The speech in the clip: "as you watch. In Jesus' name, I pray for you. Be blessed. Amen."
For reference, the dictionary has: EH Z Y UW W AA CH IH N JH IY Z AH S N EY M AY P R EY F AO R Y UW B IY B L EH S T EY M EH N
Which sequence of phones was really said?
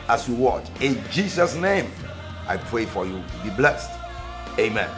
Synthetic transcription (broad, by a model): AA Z Y UW W AA CH IH N JH IY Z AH S N EY M AY P R EY F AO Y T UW B IY B L EH S T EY M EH N